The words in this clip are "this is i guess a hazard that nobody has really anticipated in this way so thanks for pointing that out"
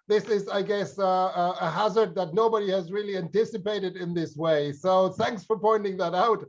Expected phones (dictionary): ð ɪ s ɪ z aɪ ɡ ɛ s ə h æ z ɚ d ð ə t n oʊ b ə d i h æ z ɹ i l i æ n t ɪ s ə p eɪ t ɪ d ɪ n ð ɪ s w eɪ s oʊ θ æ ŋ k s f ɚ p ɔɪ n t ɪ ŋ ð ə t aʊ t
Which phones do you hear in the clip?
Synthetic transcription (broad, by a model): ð ɪ s ɪ z aɪ ɡ ɛ s ə h æ z ɚ d ð ə t n oʊ b ə d i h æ z ɹ i l i æ n t ɪ s ə p eɪ t ɪ d ɪ n ð ɪ s w eɪ s oʊ θ æ ŋ k s f ɚ p ɔɪ n t ɪ ŋ ð ə t aʊ t